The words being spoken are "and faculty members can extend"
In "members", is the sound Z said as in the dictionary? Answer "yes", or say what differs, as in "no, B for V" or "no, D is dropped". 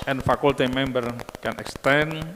no, Z is dropped